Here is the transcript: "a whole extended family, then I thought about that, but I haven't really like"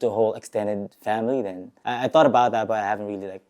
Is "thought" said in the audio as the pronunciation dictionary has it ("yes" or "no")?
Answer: yes